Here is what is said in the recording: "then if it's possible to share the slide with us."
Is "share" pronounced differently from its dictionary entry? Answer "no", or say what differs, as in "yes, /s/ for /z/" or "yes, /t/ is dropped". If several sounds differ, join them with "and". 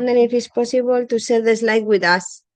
yes, /s/ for /ʃ/